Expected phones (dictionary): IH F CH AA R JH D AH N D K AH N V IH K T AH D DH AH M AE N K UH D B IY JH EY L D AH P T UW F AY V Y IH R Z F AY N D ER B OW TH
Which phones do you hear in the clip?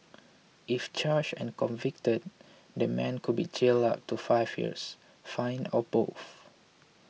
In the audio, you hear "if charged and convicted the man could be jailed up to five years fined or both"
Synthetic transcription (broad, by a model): IH F CH AA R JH AH N K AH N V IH K T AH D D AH M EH N K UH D B IY CH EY L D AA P T UW F AY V Y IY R S F AY N AO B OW F